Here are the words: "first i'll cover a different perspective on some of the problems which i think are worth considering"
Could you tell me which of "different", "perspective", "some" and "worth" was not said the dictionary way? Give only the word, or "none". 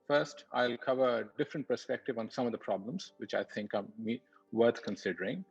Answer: worth